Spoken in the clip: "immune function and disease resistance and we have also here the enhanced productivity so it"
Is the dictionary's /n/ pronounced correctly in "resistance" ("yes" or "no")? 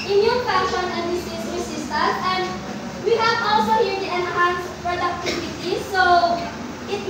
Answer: no